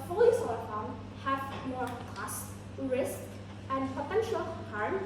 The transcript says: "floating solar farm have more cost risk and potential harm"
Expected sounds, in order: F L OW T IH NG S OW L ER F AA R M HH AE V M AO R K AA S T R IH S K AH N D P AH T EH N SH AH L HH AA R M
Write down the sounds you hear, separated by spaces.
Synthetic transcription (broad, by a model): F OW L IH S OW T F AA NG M HH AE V M AO R K AA S T R IH S K AH N D P AH T EH N SH AH L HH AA R M